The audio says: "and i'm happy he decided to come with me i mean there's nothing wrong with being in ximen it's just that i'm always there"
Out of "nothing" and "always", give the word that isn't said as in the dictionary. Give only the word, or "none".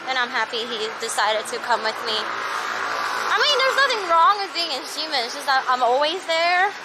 none